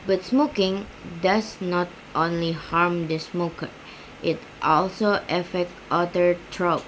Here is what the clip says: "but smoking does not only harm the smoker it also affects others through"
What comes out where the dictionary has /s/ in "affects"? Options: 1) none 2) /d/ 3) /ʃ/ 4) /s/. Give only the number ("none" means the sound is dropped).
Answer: 1